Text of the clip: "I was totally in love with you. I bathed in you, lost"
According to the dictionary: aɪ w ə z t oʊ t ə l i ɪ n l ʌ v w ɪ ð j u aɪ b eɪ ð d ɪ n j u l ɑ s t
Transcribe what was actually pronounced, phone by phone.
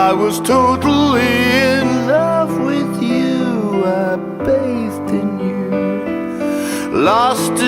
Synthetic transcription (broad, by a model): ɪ w ə z t oʊ t l i ɪ n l ʌ f w ɪ ð j u aɪ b eɪ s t ɪ n j u l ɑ s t